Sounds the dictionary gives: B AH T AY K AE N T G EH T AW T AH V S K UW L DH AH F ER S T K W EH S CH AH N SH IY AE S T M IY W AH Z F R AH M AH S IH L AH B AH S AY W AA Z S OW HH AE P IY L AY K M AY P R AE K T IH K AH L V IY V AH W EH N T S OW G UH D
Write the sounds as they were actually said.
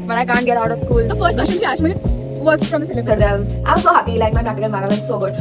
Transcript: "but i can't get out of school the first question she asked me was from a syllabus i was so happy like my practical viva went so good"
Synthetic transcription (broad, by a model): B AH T AY K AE N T G EH T AW T AH V S K UW L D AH F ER S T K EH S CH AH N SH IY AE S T M IY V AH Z F R AH M AH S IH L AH AH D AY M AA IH S OW HH AE P IY L AY K M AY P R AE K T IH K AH L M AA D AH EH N S OW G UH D